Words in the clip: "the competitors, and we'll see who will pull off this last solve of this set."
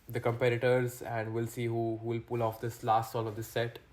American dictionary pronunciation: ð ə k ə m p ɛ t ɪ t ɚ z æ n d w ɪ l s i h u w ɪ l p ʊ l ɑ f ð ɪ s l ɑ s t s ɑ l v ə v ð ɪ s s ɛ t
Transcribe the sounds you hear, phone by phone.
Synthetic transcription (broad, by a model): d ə k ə m p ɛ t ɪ t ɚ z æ n d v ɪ l s i h u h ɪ l p ʊ l ɑ f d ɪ s l ɑ s t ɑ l ə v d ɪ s s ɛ t